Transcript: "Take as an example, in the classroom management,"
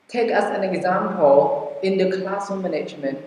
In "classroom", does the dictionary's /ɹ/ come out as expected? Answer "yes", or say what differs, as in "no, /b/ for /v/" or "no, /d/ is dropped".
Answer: no, /ɹ/ is dropped